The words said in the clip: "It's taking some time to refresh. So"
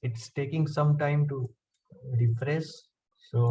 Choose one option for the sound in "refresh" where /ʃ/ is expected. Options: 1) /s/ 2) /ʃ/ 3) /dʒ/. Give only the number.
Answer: 1